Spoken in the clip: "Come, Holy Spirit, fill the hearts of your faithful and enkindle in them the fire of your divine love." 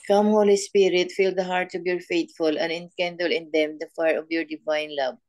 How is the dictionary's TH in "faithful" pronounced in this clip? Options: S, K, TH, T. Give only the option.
T